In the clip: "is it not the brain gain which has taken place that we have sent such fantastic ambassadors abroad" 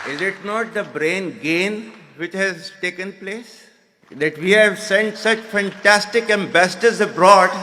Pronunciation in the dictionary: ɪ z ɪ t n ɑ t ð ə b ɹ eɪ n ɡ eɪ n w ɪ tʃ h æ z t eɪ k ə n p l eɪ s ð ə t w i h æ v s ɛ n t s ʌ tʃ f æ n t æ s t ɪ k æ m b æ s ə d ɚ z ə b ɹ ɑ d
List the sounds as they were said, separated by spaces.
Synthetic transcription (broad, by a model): ɪ z ɪ t n ɑ t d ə b ɹ eɪ n ɡ eɪ n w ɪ tʃ h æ z t eɪ k ə n p l eɪ s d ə t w i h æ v s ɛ n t s ʌ tʃ f æ n t æ s t ɪ k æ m b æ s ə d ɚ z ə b ɹ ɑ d